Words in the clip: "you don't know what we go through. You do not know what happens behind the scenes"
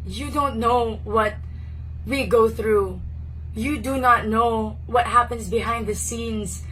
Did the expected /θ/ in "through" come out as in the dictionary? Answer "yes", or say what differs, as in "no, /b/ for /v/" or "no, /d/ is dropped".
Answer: yes